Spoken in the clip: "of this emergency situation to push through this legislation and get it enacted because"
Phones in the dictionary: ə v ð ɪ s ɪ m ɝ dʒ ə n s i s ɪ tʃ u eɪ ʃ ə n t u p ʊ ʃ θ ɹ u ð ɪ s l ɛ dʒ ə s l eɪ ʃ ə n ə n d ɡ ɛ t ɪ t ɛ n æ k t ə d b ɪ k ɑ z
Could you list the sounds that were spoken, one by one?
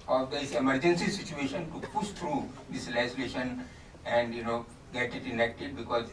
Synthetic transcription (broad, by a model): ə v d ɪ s ɪ m ɝ dʒ ə n s i s ɪ tʃ u eɪ ʃ ə n t u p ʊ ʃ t ɹ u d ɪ s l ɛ ə s l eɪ ʃ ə n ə n d ɡ ɛ t ɪ t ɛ n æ k t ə d b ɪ k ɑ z